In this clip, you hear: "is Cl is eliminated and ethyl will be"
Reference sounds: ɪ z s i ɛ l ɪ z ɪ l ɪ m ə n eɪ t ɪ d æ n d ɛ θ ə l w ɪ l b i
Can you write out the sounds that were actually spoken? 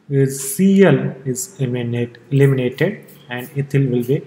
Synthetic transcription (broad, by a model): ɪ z s i ɛ l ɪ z ɪ l ɪ m ə n eɪ t ɪ d æ n d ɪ t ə l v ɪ l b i